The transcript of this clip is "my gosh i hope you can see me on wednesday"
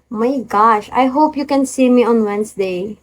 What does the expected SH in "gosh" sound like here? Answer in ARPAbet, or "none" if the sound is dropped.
SH